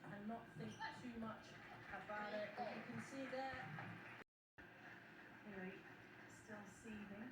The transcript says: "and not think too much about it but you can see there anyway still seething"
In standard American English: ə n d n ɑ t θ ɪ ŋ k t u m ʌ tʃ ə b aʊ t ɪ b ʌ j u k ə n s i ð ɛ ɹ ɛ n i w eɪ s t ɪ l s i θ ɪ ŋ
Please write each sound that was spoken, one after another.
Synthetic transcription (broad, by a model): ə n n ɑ t θ ɪ ŋ k t u m ʌ tʃ ə b aʊ t ɪ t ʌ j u k ə n s i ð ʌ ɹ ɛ i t s t ɪ l s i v ɪ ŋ